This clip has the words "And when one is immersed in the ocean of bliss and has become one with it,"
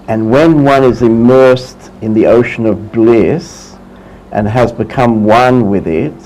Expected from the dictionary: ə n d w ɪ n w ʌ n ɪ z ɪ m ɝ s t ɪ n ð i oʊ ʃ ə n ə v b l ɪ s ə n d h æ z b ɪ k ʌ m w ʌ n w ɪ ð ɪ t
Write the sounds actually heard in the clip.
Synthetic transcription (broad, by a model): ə n w ɪ n w ʌ n ɪ z ɪ m ɝ s t ɪ n ð i oʊ ʃ ə n ə v b l ɪ s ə n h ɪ z b ɪ k ʌ m w ʌ n w ɪ ð ɪ t